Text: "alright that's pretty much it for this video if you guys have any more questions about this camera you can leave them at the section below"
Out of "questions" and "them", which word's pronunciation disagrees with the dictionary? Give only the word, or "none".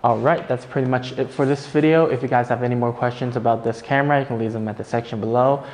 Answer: none